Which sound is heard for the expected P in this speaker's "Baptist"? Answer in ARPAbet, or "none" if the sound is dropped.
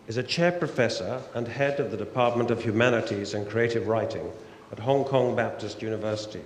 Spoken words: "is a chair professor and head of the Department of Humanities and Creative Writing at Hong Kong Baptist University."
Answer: P